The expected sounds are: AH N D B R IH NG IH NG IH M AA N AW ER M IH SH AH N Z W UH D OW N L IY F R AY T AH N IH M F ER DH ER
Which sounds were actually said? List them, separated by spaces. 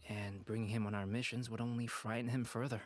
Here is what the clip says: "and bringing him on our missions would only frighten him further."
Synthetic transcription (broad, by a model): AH N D B R IH NG IH NG IH M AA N AW ER M IH SH AH N Z W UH D OW N L IY F R AY T N IH M F ER DH ER